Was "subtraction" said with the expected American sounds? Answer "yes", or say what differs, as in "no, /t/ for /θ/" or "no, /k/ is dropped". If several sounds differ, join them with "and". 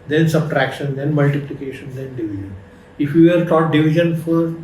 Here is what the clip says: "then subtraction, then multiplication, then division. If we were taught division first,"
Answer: yes